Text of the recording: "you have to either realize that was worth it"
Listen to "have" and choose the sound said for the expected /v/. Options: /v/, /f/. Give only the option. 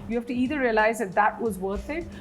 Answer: /f/